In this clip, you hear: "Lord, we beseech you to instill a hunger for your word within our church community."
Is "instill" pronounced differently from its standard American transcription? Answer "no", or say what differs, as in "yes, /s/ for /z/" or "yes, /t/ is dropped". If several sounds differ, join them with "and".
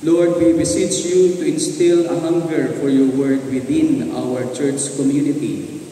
no